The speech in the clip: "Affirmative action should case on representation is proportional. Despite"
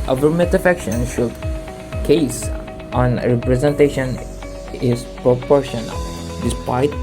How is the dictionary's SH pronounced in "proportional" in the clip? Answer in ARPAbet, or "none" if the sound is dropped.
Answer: SH